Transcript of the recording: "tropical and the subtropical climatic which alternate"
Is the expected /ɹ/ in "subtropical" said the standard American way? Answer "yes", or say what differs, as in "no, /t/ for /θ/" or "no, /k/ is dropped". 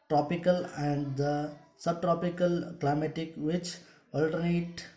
yes